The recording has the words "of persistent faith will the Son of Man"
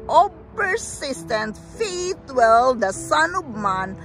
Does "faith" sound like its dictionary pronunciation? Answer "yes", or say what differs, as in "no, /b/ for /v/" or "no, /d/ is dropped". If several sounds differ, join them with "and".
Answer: no, /t/ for /θ/